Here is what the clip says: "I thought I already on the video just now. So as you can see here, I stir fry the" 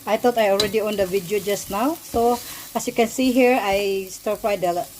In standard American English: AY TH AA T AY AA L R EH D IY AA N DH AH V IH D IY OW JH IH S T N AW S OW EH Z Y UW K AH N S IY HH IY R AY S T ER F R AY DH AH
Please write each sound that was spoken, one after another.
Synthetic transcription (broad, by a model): AY T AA T AY AA L R EH D IY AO N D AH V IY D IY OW JH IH S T N AW S OW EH S Y UW K AH N S IY HH IY R AY S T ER P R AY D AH